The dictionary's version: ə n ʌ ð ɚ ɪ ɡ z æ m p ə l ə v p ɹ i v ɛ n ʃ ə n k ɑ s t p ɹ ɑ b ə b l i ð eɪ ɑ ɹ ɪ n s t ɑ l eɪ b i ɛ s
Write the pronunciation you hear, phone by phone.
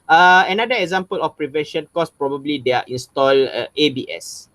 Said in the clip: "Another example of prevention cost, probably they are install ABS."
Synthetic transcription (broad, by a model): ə n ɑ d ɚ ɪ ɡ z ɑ m p ə l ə f p ɹ i v ɛ n ʃ ə n k ɑ s p ɹ ɑ b ə b l i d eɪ ɑ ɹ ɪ n s t ɑ l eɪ b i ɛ s